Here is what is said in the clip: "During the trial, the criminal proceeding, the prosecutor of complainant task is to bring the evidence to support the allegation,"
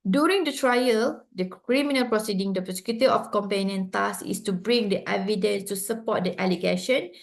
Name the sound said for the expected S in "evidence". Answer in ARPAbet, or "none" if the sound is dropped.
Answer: S